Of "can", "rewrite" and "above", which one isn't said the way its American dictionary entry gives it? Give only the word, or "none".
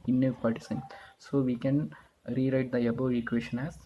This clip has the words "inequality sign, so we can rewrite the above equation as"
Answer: above